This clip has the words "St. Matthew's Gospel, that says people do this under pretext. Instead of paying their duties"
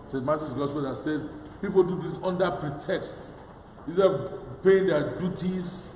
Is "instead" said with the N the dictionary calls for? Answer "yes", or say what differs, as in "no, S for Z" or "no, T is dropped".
no, N is dropped